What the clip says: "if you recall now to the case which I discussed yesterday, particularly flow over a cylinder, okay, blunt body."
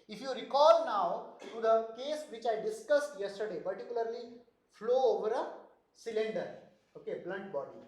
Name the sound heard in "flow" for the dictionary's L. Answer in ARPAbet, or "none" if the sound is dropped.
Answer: L